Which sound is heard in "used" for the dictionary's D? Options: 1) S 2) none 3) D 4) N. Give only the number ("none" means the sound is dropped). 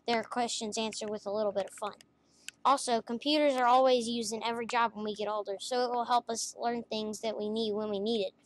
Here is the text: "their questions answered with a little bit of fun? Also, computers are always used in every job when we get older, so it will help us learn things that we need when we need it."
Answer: 2